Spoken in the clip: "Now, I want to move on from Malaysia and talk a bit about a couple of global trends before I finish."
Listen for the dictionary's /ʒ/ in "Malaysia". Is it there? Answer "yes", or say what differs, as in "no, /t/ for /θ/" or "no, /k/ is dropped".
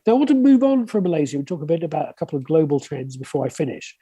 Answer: no, /z/ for /ʒ/